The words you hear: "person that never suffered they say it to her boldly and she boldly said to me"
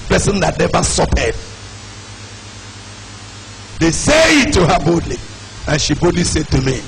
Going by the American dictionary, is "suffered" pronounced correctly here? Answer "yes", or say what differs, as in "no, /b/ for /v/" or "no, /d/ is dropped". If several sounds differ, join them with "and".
no, /p/ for /f/